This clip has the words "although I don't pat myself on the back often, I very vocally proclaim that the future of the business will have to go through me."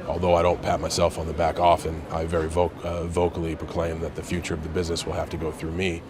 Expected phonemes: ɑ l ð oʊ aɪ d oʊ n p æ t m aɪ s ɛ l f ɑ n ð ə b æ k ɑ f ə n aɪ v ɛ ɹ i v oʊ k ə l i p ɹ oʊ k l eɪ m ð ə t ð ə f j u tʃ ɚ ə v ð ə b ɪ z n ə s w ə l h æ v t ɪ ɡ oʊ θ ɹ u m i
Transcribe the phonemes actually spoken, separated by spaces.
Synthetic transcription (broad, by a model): ɑ l ð oʊ aɪ d oʊ n p æ t m aɪ s ɛ l f n ð ə b æ k ɑ f ə n aɪ v ɛ ɹ i v oʊ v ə l i p ɹ oʊ k l eɪ m ð ə t ð ə f j u tʃ ɚ ə v ð ə b ɪ z n ə s w ə l h æ f t ɪ ɡ oʊ θ ɹ u m i